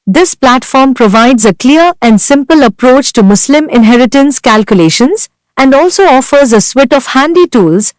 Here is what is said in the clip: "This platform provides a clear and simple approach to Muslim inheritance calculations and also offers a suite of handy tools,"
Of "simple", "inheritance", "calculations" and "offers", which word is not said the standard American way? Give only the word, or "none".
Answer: none